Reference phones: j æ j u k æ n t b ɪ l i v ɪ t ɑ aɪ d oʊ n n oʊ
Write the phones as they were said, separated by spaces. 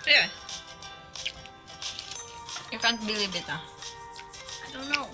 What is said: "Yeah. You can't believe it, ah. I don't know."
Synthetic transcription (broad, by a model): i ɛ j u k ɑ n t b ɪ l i b ɪ t ɑ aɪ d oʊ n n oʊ